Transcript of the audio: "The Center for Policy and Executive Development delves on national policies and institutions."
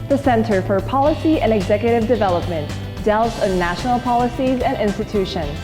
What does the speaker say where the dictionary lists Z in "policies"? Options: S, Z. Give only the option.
Z